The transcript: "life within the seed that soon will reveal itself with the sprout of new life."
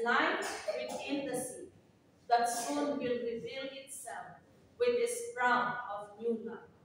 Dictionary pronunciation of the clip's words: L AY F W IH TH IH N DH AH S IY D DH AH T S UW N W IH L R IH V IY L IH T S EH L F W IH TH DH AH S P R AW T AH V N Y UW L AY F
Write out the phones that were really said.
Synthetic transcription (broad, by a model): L AY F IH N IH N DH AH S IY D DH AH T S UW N W IH L R IH V IY L IH T S EH L F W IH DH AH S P R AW AH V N Y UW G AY